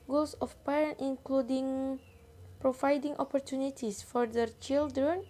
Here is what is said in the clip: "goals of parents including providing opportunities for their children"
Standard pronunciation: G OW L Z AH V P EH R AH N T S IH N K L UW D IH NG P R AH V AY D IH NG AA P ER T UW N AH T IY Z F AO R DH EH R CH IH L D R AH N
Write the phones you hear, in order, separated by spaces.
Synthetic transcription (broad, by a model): G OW L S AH F P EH R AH N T IH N K L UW D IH NG P R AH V AY D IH NG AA P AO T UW N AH T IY S F AO R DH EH R CH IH L D R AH N